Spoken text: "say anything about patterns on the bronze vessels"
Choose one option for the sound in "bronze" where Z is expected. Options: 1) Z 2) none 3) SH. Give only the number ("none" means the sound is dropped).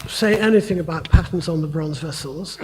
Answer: 1